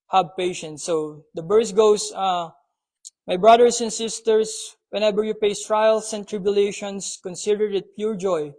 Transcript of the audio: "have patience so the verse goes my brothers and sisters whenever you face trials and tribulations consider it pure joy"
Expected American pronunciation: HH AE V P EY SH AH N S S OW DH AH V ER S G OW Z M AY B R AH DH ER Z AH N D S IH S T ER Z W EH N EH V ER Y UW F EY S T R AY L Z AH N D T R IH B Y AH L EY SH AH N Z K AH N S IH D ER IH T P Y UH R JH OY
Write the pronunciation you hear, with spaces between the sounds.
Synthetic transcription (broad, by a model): HH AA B P EY SH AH N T S OW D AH B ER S G OW S M AY B R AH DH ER S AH N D S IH S T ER S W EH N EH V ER Y UW P EY S T R AY L S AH N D T R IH B Y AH L EY SH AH N S K AH N S IH D ER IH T P Y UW R JH OY